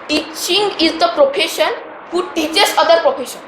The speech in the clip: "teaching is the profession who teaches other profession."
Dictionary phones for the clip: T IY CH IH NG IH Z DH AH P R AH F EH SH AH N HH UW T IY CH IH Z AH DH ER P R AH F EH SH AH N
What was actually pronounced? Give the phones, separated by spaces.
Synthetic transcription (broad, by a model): T IY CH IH NG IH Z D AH P R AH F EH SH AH N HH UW T IY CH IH S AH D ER P R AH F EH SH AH N